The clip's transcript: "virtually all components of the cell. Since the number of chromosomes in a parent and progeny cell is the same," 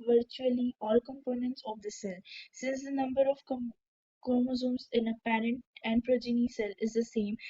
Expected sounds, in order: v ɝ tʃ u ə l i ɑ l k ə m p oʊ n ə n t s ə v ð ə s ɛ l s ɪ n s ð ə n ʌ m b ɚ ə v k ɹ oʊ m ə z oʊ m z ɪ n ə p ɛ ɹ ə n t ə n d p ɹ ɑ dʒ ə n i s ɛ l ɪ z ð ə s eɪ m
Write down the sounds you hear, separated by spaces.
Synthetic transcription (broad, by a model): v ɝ tʃ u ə l i ɑ l k ə m p oʊ n ə n t s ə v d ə s ɛ l s ɪ n s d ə n ʌ m b ɚ ə v k oʊ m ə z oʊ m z ɪ n ə p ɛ ɹ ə n t ə n d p ɹ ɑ dʒ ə n i s ɛ l ɪ z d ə s eɪ m